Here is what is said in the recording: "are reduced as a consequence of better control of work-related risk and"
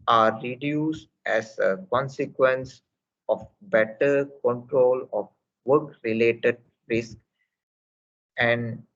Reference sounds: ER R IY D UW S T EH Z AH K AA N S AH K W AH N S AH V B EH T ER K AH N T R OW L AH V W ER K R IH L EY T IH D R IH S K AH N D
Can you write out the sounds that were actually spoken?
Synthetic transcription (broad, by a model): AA R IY D UW S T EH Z AH K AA N S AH K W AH N S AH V B EH T ER K AH N T R OW L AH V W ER K R IH L EY T IH D R IH S K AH N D